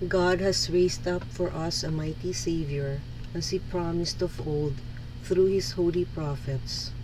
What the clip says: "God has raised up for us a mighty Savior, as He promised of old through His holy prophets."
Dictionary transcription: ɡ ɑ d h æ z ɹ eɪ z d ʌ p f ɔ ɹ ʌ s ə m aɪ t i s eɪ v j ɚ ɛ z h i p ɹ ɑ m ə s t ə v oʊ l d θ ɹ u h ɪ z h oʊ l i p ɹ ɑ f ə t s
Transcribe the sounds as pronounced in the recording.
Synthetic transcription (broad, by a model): ɡ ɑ d h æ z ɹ eɪ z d ʌ p f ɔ ɹ ʌ s ə m aɪ t i s eɪ v j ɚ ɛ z h i p ɹ ɑ m ə s t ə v oʊ l d θ ɹ u h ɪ s h oʊ l i p ɹ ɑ f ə t s